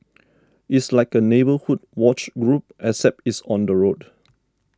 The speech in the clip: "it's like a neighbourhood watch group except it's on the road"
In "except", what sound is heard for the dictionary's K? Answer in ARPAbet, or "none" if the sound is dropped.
none